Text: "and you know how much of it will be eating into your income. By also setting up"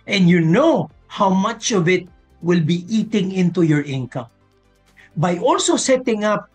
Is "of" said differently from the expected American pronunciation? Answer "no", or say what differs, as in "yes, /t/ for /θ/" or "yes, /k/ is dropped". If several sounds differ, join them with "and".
no